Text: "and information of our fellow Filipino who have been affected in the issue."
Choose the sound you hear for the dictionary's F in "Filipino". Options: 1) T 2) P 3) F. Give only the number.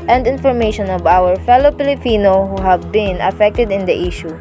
2